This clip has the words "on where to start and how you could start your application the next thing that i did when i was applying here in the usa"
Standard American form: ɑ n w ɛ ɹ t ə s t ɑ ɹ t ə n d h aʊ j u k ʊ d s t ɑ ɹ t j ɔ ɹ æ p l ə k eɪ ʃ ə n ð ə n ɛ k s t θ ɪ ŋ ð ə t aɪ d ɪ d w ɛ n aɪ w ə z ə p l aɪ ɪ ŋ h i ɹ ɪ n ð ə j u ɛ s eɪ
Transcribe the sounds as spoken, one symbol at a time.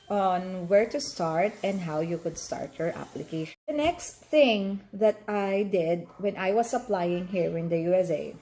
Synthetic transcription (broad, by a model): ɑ n w ɛ ɹ t ə s t ɑ ɹ t ə n d h aʊ j u k ʊ d s t ɑ ɹ t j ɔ ɹ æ p l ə k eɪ ə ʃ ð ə n ɛ k s t θ ɪ ŋ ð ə t aɪ d ɪ d w ɛ n aɪ w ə s ə p l aɪ ɪ ŋ h i ɹ ɪ n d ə j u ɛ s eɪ